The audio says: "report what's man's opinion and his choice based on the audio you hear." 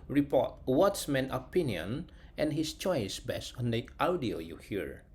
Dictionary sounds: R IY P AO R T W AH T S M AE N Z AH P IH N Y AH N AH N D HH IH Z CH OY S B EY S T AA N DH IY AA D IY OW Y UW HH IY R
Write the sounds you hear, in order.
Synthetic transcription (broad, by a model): R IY P AO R T W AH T S M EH N AH P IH N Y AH N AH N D HH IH S CH OY S B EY S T AA N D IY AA D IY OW Y UW HH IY R